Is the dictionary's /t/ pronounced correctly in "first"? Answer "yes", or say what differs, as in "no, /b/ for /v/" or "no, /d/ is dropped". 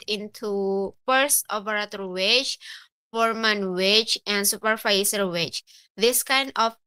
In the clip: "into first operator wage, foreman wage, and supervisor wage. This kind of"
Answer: no, /t/ is dropped